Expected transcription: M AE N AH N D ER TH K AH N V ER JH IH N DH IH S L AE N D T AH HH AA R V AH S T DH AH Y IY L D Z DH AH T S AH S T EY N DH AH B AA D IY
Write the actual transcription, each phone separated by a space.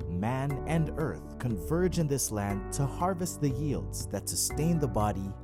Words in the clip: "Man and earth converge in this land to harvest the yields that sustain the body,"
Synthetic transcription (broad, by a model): M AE N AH N ER TH K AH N V ER JH IH N DH IH S L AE N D T AH HH AA R V AH S T DH AH Y IY L D Z DH AH T S AH S T EY N DH AH B AA D IY